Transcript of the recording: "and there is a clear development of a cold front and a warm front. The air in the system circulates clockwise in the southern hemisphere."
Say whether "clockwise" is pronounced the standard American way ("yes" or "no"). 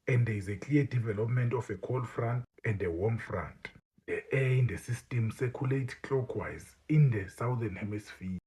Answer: no